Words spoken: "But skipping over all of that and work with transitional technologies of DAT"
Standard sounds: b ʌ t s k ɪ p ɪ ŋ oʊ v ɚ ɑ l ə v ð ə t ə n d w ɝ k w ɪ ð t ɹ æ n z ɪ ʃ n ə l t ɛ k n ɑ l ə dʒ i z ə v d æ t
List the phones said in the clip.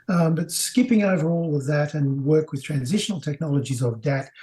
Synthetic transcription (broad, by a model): b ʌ t s k ɪ p ɪ ŋ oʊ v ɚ ɑ l ə v ð ə t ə n w ɝ k w ɪ ð t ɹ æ n z ɪ ʃ n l t ɛ k n ɑ l ə dʒ i z ə v d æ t